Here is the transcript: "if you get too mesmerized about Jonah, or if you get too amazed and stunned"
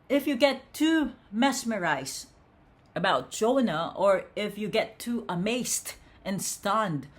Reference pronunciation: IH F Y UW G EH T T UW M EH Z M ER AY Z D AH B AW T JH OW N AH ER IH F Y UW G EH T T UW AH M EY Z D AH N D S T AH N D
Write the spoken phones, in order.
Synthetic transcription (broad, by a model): IH F Y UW G EH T T UW M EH S M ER AY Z AH B AW T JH OW N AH ER IH F Y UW G EH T T UW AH M EY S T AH N S T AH N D